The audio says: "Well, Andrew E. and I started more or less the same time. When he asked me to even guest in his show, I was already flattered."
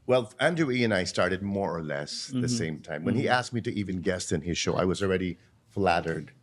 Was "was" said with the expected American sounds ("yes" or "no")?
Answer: yes